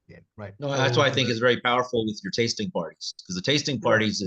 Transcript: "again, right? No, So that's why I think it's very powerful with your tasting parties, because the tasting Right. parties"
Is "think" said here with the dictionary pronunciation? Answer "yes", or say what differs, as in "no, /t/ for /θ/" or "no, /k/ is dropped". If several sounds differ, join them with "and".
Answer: yes